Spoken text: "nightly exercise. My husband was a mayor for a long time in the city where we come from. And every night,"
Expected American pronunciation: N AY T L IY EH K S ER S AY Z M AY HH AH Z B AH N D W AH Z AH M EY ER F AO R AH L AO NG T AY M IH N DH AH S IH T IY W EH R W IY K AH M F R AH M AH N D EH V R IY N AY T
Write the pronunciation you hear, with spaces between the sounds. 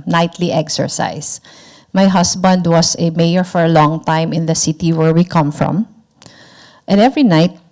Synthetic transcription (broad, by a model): N AY T L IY EH K S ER S AY S M AY HH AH S B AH N D W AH S AH M EY ER F AO R AH L AO NG T AY M IH N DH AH S IH T IY W EH R W IY K AH M F R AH M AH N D EH V R IY N AY T